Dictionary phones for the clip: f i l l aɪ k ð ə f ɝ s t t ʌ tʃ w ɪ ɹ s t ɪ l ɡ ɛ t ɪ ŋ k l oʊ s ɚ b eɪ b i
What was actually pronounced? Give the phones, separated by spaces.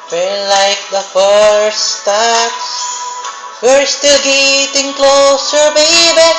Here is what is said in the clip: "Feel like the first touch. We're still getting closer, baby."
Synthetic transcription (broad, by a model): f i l l aɪ k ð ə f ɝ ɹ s t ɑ s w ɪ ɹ s t ɪ l ɡ ɛ t ɪ ŋ k l oʊ s ɚ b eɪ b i